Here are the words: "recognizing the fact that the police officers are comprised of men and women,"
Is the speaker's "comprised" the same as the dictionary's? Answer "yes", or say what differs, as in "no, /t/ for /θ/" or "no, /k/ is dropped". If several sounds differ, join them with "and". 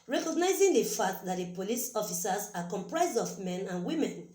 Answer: yes